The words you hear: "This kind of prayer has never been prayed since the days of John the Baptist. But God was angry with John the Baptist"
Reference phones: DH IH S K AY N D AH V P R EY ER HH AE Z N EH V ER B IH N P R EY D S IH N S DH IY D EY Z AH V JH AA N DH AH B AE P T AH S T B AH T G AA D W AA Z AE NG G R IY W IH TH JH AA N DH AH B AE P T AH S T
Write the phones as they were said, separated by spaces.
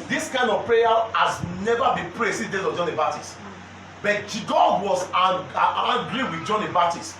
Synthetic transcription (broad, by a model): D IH S K AY N D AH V P R EY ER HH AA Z N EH V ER B IH N P R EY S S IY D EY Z AH V JH AA N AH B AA T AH S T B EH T G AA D W AA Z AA G R IY W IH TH JH AA N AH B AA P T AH S T